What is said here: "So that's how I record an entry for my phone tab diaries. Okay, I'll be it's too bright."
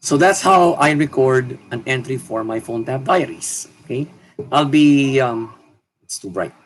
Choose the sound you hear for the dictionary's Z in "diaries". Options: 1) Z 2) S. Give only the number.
2